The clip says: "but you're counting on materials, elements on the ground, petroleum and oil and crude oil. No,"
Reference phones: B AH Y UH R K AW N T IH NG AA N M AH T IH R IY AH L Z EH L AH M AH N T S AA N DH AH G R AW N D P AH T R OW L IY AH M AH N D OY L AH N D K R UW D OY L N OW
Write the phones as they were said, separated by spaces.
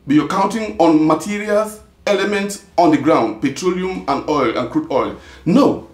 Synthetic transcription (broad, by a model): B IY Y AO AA K AW N T IH NG AA N M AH T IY R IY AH L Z EH L AH M AH N T S AA N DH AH G R AW N D P AH T R OW L IY AH M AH N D OY L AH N K R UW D OY L N OW